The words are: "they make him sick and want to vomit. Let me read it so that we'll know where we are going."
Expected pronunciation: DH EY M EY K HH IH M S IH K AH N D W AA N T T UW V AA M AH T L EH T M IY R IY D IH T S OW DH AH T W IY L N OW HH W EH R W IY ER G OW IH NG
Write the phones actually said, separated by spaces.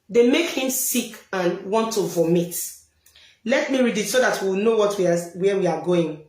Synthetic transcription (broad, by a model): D EY M EY K HH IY M S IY K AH N W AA N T T UW V AA M AH T L EH T M IY R IY D IH T S OW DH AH T W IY W N OW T W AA W W IY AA G OW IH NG